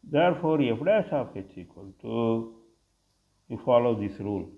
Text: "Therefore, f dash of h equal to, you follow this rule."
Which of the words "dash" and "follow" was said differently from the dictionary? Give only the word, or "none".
dash